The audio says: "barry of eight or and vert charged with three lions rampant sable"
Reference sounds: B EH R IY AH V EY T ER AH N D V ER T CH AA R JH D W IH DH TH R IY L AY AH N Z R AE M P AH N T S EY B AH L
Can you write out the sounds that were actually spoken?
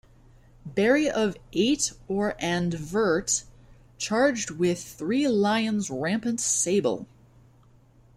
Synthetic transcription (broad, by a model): B EH R IY AH V EY T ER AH N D V ER T CH AA R JH D W IH DH TH R IY L AY AH N Z R AE M P AH N T S EY B AH L